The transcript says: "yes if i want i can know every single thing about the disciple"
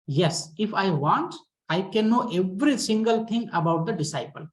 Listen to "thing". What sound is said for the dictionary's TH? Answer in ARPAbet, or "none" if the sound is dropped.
T